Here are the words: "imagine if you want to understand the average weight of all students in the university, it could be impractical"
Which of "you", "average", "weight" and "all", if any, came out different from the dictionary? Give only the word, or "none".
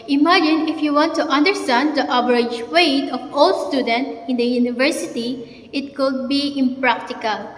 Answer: average